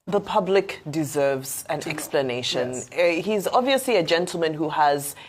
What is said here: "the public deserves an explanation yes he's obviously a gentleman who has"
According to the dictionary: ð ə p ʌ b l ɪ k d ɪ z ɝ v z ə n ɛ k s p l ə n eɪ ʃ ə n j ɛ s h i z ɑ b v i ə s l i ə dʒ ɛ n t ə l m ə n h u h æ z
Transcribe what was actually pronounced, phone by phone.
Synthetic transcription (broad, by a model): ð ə p ʌ b l ɪ k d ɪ z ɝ v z ə n ɛ k s p l ə n eɪ ʃ ə n h i z ɑ b v i ə s l i ə dʒ ɛ n t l m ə n h u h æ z